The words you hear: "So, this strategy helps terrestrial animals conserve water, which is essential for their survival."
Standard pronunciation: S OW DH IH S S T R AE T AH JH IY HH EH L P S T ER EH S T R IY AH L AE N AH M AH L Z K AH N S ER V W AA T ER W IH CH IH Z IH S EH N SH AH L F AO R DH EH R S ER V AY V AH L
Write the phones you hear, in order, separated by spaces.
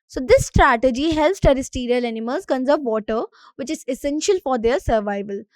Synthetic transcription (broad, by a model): S OW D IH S S T R AE T AH JH IY HH EH L P S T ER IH S T R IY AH L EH N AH M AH Z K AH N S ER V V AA T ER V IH CH IH Z IH S EH N SH AH L F AO R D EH R S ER V AY V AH L